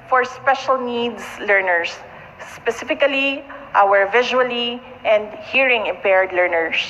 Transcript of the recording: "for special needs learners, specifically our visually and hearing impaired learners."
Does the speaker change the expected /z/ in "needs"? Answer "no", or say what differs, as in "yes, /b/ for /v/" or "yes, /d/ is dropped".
yes, /s/ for /z/